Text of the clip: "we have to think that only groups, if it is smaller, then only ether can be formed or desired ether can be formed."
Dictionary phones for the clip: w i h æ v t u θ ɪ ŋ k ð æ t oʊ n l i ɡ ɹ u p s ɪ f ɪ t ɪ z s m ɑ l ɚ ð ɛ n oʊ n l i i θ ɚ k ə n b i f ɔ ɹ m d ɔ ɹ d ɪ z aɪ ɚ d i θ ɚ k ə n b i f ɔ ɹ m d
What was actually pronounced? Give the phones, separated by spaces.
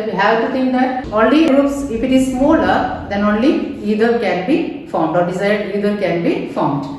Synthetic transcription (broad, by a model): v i h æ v t u t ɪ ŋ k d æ t oʊ n l i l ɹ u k s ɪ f ɪ t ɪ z s m ɑ l ɚ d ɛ n oʊ n l i i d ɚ k ə n b i f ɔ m d ɔ ɹ d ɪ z aɪ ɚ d i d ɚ k ə n b i f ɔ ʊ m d